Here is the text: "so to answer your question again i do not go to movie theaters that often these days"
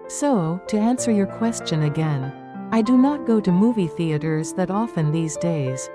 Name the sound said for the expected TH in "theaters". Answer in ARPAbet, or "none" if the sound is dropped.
TH